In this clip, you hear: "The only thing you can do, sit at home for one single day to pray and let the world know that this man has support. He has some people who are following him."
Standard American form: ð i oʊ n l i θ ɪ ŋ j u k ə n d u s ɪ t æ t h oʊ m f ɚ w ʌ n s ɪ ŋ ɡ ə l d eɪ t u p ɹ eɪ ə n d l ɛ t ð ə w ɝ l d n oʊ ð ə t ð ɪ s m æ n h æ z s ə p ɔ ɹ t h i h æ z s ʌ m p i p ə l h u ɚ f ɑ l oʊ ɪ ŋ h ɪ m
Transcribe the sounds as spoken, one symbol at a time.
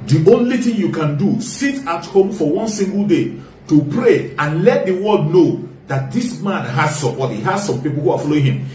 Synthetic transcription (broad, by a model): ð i oʊ n l i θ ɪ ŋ j u k ə n d u s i t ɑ t h oʊ m f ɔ w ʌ n s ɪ ŋ ɡ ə l d eɪ t u p ɹ eɪ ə n l ɛ t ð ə w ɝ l d n oʊ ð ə t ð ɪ s m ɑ n h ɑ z s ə b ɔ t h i h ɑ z s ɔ m p i p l h u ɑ f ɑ l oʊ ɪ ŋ h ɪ m